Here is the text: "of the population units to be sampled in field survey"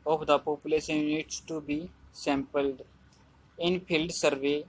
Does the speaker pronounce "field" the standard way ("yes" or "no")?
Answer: no